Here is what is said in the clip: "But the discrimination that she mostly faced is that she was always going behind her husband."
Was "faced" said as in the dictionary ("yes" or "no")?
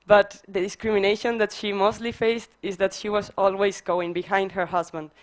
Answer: yes